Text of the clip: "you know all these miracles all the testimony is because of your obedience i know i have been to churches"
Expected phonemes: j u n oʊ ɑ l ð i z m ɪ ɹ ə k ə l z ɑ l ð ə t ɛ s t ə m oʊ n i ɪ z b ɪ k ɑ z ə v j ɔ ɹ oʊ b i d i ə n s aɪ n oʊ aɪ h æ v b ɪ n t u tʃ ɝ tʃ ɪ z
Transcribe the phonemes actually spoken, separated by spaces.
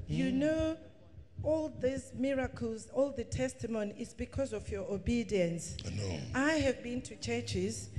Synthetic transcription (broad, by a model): j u n oʊ ɑ l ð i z m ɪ ɹ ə k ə l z ɑ l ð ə t ɛ s t ə m oʊ n i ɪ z b ɪ k ɑ z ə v j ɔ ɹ oʊ b i d i ə n s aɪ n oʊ aɪ h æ v b ɪ n t u tʃ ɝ tʃ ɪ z